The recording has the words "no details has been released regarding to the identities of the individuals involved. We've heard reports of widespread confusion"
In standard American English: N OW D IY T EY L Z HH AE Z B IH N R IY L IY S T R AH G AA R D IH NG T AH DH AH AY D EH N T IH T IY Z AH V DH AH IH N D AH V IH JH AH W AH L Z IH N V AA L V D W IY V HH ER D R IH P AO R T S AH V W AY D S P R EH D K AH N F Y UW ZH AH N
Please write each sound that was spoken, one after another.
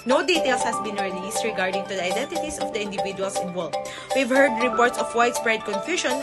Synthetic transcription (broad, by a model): N OW D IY T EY L S HH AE S B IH N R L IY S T R AH G AA R D IH NG T AH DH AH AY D EH N T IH T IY S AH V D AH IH N D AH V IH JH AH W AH L S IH N W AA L D W IY V HH ER D R IH P AO R T S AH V W AY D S B R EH D K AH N F Y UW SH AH N